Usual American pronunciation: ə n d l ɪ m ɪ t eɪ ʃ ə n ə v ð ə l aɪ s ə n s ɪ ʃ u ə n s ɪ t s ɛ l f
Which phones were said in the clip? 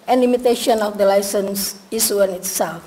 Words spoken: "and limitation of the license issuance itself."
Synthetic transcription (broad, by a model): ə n l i m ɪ t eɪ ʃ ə n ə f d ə l aɪ s ə n s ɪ s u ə n ɪ t s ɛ l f